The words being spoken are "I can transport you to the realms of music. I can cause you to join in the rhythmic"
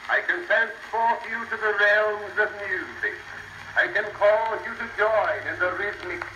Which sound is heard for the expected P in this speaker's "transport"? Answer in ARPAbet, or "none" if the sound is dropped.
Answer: F